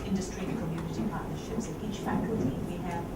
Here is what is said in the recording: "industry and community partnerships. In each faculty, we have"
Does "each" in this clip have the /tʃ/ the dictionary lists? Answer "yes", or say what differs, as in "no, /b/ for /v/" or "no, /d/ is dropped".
yes